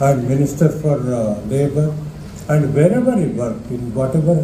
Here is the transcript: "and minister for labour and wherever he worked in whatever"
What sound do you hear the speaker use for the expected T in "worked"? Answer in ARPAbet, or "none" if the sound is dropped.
none